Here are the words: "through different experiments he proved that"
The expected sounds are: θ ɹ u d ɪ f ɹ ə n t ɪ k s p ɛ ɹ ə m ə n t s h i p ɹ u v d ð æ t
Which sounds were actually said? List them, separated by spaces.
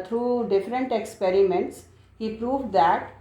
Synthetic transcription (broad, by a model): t ɹ u d ɪ f ɹ ə n t ɪ k s p ɛ ɹ ə m ə n t s h i p ɹ u v d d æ t